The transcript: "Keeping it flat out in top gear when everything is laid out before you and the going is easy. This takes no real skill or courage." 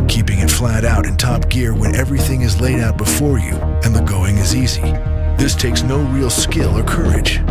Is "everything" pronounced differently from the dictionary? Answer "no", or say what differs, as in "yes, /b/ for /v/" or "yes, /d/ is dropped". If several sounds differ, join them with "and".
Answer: no